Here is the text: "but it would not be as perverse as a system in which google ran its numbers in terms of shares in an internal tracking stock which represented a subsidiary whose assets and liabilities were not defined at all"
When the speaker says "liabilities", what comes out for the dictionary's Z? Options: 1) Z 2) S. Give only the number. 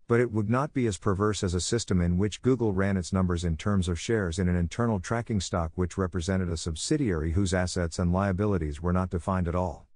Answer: 1